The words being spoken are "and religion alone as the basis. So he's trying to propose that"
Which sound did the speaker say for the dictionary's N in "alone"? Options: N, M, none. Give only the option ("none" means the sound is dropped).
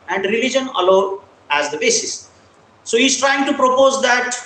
none